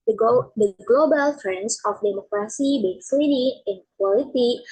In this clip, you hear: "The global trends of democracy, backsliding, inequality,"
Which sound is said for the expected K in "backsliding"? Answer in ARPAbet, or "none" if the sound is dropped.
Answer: none